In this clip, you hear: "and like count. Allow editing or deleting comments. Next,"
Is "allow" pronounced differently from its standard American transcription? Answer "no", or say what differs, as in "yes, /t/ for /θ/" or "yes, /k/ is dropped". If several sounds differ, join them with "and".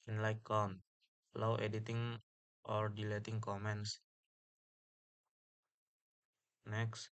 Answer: yes, /w/ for /l/